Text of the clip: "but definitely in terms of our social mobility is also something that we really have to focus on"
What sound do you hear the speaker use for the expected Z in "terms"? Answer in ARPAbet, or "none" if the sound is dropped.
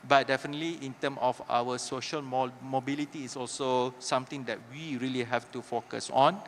none